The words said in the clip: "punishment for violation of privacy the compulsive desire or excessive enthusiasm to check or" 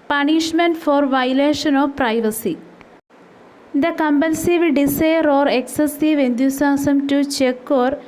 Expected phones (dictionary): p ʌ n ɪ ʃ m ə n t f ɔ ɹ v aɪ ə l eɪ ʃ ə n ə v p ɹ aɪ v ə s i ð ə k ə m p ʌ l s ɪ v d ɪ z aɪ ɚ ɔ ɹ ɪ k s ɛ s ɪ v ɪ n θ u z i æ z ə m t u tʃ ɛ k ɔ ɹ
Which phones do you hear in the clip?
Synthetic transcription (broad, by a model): p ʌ n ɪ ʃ m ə n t f ɔ ɹ v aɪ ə l eɪ ʃ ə n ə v p ɹ aɪ v ə s i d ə k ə m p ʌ n s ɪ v d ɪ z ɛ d ɔ ɹ ɪ k s ɛ s ɪ v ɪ n t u s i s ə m t u tʃ ɛ k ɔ ɹ